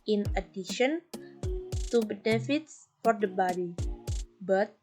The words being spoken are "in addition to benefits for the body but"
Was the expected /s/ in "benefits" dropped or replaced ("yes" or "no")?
no